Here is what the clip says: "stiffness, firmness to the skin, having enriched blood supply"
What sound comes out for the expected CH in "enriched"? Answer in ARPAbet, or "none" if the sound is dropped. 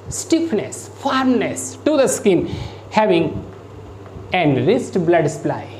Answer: S